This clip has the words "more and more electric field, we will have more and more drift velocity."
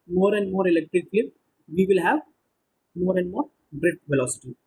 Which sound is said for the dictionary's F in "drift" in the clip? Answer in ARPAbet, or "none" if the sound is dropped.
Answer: none